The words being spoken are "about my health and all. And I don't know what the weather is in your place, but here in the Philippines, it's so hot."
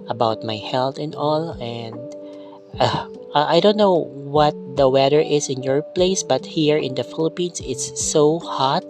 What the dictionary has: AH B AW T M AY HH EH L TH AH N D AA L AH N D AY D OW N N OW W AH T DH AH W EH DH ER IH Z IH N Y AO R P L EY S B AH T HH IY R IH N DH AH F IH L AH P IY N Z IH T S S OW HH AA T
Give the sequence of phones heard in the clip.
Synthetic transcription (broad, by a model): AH B AW T M AY HH EH L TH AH N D AA L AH N D AY D OW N N OW W AH T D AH W EH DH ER IH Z IH N Y AO R P L EY S B AH T HH IY R IH N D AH F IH L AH P IY N S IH T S S OW HH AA T